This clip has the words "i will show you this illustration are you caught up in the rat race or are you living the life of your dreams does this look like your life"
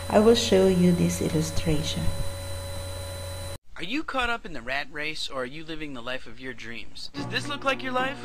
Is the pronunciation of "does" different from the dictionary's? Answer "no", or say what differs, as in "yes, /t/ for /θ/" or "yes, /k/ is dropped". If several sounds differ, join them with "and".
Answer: no